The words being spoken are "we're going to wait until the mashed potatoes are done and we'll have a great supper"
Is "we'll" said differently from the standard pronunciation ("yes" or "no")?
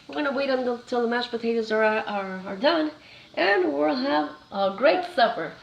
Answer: no